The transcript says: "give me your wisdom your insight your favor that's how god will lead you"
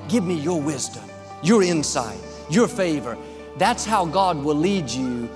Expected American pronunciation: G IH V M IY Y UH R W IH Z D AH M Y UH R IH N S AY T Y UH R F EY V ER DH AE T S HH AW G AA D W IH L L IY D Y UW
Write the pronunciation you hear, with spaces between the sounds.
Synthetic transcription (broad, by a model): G IH V M IY Y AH R W IH Z D AH M Y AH R IH N S AY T Y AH R F EY V ER DH AE T S HH AW G AA D W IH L L IY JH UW